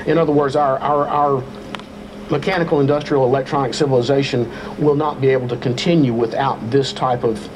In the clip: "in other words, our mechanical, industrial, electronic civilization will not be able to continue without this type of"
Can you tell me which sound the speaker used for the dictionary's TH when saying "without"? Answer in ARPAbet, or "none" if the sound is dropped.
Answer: TH